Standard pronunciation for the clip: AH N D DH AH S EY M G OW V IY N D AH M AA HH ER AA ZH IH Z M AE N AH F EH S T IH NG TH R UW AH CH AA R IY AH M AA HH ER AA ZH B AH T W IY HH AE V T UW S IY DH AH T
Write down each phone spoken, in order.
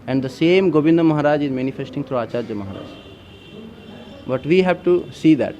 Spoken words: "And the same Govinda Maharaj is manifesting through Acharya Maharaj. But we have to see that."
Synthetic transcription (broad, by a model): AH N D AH S EY M G OW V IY N D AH M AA HH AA AA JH IH Z M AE N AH F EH S T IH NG T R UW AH CH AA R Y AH M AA HH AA AA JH B AH T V IY HH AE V T UW S IY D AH T